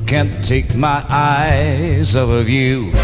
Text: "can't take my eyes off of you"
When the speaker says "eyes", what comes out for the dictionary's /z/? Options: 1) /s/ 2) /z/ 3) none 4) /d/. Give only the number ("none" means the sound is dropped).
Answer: 2